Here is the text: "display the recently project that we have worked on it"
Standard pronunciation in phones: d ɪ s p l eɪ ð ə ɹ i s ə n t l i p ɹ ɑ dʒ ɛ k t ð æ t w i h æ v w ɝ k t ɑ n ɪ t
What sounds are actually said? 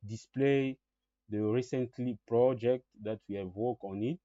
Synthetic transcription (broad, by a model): d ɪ s p l eɪ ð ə ɹ i s ə n t l i p ɹ ɑ dʒ ɛ k t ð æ t w i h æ v w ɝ k ɑ n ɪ t